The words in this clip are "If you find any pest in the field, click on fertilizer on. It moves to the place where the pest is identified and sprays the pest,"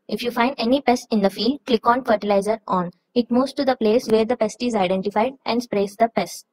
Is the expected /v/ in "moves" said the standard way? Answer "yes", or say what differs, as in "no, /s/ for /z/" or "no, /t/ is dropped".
no, /v/ is dropped